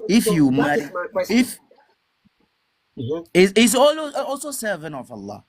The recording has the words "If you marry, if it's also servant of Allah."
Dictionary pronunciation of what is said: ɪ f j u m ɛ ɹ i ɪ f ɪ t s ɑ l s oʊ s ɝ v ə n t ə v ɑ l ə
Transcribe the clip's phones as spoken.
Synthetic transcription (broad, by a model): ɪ f j u m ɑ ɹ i ɪ f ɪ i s ɑ l s oʊ s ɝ v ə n ə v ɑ l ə